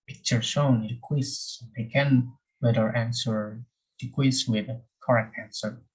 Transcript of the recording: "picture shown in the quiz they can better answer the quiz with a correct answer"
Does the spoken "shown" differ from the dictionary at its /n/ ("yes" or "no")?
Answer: yes